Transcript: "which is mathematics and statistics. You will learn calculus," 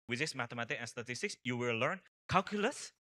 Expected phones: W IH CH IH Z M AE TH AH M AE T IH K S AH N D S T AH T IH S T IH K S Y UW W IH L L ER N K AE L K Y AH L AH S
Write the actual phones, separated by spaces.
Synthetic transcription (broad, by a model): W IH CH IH S M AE T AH M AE T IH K AH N S T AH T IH S T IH K S Y UW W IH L L ER N K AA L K Y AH L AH S